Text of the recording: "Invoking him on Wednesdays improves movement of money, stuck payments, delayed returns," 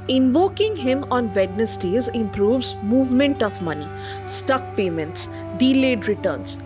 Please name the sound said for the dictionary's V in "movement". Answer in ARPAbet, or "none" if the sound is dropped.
V